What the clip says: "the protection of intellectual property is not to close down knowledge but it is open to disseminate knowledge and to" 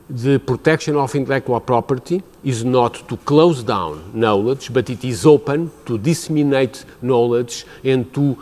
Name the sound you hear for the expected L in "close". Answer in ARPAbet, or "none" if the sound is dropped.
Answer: L